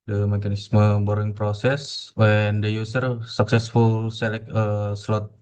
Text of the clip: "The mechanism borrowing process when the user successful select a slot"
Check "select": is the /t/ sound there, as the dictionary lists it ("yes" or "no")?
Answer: no